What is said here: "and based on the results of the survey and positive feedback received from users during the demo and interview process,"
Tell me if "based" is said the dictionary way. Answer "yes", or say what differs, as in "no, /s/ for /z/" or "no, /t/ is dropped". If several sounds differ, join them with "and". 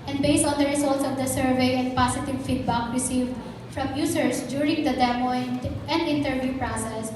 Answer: yes